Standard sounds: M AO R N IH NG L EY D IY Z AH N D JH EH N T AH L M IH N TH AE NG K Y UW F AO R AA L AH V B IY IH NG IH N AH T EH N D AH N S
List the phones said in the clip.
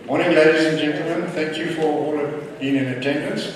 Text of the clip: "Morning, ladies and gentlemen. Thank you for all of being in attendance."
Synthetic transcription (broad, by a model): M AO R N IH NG L EY D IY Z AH N JH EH N T L M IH N TH AE NG K Y UW F AO R AA L AH V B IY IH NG IH N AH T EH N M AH N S